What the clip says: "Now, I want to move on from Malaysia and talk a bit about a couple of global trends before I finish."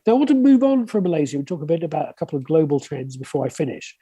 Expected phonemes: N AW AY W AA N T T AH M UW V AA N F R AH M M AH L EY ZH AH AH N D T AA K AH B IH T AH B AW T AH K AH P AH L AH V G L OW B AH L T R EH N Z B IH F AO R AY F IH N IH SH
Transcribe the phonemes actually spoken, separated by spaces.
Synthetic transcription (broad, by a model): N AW AY W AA N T T AH M UW V N F R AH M M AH L EY Z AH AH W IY T AA K AH B IH T AH B AW T AH K AH P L AH V G L OW B AH L T R EH N Z B IH F AO R AY F IH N IH SH